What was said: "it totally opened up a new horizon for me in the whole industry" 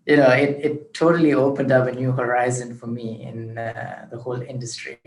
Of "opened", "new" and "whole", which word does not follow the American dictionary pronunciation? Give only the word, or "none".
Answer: none